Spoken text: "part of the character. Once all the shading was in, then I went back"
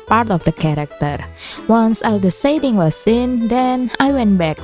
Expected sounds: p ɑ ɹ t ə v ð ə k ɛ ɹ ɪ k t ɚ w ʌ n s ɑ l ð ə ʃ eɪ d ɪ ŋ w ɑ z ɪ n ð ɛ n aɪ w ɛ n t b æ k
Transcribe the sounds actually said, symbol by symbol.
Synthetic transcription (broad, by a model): p ɑ ɹ t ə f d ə k ɛ ɹ ɪ k t ɚ w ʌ n s ɑ l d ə s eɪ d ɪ ŋ w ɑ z ɪ n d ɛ n aɪ w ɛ n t b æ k